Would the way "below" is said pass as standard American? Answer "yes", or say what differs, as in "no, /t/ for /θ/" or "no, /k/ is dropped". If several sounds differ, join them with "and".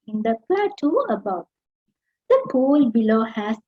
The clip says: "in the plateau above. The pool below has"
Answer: yes